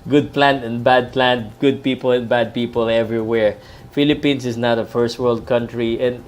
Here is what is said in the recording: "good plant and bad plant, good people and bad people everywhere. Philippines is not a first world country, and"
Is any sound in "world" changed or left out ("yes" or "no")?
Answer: no